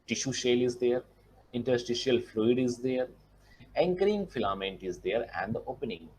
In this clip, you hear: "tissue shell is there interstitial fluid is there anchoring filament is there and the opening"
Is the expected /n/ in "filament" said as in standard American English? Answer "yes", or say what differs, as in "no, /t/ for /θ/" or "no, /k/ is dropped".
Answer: yes